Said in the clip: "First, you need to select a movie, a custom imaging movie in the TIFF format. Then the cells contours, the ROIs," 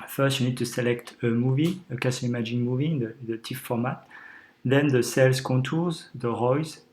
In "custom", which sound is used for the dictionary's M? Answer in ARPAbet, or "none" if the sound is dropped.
none